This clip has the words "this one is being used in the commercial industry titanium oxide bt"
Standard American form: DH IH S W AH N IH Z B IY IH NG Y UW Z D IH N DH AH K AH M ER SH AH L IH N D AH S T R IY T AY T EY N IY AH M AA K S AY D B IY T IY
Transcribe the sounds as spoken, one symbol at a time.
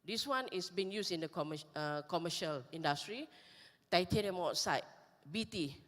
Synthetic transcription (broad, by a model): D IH S W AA N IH S B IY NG Y UW S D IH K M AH K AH M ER SH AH L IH N D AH S T R IY T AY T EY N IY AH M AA S AY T B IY T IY